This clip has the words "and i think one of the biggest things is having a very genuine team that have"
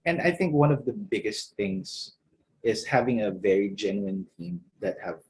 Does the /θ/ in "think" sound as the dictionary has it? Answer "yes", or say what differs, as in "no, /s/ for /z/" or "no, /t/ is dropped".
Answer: yes